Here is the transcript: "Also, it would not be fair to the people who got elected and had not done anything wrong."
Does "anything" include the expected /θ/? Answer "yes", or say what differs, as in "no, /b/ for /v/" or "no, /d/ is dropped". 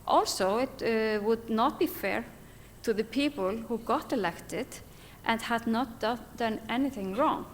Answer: yes